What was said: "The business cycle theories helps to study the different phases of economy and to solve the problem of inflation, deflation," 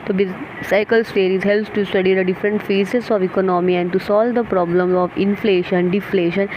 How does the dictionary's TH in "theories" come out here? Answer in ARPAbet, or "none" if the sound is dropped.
T